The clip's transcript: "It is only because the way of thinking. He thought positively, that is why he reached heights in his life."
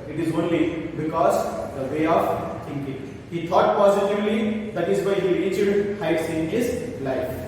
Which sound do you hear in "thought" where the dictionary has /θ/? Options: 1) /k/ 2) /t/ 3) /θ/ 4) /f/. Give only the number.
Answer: 2